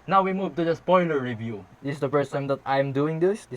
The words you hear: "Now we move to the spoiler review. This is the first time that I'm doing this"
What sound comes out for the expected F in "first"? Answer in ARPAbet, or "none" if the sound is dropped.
P